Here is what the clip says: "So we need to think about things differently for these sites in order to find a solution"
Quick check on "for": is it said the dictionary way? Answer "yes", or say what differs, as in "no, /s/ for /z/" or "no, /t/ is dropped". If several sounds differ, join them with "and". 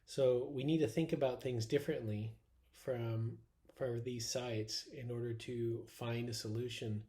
yes